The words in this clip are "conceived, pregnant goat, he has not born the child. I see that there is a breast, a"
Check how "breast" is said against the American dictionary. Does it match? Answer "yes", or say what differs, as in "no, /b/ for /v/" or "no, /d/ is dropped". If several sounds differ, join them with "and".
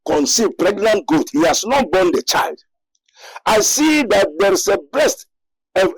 no, /l/ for /ɹ/